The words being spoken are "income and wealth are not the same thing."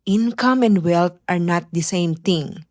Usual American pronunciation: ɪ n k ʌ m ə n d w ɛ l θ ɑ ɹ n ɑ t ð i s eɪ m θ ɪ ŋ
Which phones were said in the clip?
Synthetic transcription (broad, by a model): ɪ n k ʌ m ə n d w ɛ l t ɑ ɹ n ɑ t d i s eɪ m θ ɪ ŋ